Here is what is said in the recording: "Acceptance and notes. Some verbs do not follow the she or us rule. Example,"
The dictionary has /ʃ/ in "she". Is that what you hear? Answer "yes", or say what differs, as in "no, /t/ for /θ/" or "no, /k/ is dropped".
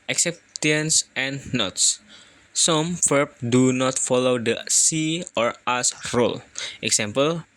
no, /s/ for /ʃ/